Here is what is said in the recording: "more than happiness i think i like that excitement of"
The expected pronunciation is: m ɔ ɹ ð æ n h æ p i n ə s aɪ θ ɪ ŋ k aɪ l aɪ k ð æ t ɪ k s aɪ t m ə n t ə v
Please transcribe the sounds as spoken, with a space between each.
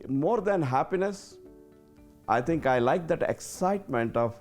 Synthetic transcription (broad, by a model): m ɔ ɹ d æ n h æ p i n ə s aɪ t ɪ ŋ k aɪ l aɪ k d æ t ɪ k s aɪ t m ə n t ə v